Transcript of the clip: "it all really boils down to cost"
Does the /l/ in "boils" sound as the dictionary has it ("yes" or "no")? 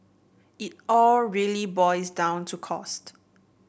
no